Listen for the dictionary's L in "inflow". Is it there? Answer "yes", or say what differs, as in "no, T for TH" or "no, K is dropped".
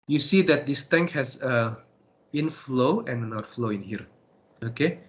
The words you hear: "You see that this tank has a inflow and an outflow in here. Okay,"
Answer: yes